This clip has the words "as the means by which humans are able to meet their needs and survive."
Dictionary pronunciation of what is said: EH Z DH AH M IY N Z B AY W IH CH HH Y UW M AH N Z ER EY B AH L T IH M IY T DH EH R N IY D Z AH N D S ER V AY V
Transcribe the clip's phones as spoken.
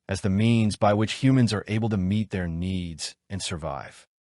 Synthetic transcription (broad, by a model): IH Z DH AH M IY N Z B AY W IH CH HH Y UW M AH N Z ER EY B L T IH M IY T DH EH R N IY D Z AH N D S ER V AY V